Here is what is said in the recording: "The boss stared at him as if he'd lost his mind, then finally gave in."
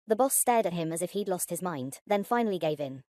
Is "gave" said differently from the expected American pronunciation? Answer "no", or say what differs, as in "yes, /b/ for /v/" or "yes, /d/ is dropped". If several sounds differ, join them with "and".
no